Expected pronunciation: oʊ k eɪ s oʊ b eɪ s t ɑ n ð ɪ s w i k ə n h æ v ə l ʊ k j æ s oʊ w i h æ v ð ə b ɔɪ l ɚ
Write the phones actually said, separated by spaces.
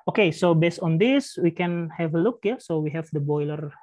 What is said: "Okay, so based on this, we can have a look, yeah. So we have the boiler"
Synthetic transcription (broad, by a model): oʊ k eɪ s oʊ b eɪ s t ɑ n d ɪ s w i k ə n h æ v ə l ʊ k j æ s oʊ w i h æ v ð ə b ɔɪ l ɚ